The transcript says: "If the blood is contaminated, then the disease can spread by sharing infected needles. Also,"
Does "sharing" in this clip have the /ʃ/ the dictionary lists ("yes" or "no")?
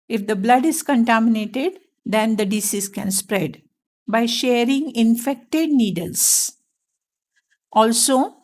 yes